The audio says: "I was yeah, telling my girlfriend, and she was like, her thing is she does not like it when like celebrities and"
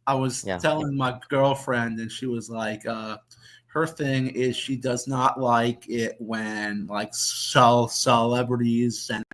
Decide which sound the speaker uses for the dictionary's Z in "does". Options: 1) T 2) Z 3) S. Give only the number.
2